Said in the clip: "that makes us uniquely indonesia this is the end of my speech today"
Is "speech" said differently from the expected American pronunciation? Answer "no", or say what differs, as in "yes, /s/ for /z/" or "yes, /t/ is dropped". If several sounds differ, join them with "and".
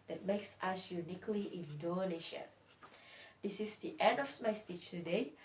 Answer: no